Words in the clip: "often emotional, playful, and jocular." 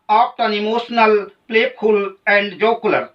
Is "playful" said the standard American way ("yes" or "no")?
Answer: no